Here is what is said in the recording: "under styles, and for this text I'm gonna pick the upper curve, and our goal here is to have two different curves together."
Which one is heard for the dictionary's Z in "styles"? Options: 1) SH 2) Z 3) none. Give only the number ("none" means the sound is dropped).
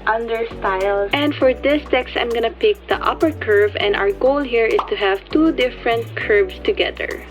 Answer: 3